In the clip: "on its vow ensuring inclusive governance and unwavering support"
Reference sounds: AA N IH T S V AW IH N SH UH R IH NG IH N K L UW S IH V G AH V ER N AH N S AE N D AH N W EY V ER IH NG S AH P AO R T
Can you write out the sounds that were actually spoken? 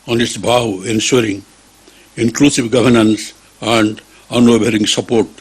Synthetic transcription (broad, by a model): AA N IH T S B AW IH N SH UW R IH NG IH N K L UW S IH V G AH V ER N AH N S AE N D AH N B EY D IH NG S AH P AO R T